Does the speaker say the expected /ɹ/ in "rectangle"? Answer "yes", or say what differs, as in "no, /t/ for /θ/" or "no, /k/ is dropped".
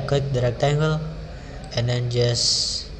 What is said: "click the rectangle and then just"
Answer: yes